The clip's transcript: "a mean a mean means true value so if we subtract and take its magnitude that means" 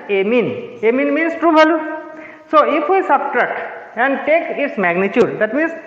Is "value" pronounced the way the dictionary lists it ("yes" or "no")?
no